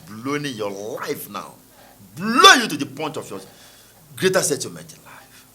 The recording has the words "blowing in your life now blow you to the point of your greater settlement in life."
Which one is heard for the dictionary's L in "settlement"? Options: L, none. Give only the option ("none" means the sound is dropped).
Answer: none